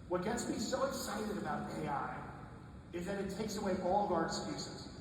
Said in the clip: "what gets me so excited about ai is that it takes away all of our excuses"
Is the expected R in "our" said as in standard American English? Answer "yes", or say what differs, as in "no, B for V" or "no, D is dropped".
yes